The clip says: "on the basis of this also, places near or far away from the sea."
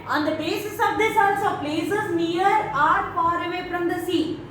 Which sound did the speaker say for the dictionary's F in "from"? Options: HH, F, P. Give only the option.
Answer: P